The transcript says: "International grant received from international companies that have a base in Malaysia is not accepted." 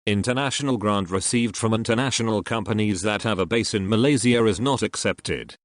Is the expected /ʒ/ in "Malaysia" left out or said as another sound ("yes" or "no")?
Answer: yes